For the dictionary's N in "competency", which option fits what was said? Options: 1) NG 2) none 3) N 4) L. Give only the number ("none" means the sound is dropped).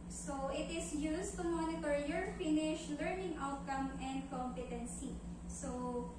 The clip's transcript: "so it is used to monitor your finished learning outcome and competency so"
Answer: 3